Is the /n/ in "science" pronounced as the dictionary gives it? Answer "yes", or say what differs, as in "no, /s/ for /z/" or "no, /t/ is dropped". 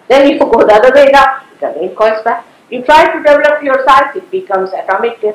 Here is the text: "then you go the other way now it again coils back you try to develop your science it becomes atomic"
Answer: no, /n/ is dropped